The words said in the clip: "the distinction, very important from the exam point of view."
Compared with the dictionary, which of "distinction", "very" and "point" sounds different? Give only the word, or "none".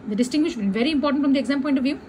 distinction